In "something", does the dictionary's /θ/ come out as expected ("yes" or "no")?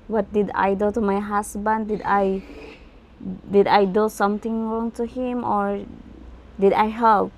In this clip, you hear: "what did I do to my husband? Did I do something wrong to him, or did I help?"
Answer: no